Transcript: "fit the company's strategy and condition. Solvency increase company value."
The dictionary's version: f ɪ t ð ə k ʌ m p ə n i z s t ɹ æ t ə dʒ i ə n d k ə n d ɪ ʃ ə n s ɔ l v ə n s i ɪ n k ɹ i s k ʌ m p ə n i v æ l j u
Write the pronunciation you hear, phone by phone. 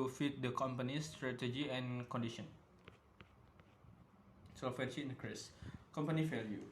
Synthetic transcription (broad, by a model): f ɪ t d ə k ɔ m p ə n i s t ɹ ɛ t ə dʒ i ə n k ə n d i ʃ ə n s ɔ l f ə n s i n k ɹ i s k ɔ m p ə n i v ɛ l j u